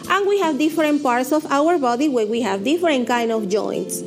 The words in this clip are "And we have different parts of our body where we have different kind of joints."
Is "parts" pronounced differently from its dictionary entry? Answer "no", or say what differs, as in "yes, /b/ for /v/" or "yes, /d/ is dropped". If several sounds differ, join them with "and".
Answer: no